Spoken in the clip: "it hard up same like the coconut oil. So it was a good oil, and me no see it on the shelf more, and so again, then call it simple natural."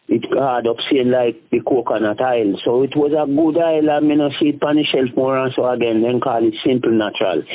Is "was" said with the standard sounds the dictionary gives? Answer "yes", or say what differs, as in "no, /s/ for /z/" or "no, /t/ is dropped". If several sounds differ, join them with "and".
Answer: yes